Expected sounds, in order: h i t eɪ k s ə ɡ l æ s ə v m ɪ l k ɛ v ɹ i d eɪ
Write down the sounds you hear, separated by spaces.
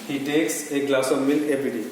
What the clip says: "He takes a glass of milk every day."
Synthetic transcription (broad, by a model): h i t eɪ k s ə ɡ l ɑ s ə v m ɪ l ɛ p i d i